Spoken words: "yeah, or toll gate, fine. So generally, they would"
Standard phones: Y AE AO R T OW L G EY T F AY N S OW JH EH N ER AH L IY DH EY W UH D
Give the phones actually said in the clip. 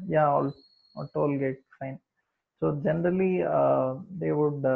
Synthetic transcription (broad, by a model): Y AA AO L T OW L G EY T F AY N S OW JH EH N ER AH L IY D EY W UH D